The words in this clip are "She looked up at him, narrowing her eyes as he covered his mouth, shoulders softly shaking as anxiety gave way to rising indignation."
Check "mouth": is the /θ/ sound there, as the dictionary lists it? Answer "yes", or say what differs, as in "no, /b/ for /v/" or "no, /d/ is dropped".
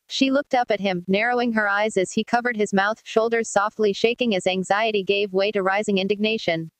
yes